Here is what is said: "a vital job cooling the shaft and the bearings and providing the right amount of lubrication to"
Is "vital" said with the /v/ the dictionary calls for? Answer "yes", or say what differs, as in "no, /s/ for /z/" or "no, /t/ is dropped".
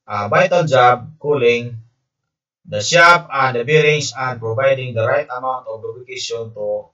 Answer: no, /b/ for /v/